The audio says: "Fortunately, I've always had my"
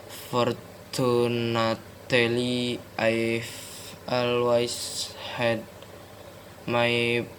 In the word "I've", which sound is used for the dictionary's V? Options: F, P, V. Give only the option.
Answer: F